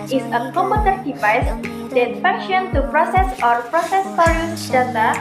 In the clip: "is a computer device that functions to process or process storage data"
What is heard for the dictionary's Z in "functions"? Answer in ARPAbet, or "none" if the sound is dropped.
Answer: none